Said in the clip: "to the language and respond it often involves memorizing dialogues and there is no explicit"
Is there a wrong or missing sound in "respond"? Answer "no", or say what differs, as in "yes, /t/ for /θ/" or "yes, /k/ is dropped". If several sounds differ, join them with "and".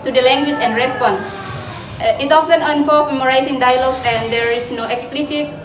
yes, /d/ is dropped